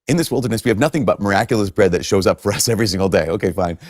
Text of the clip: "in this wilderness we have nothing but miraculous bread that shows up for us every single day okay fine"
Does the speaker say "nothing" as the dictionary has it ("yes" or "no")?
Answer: yes